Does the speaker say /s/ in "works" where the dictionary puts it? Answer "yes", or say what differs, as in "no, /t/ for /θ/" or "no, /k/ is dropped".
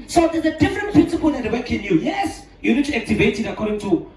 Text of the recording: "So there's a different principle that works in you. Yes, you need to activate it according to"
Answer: no, /s/ is dropped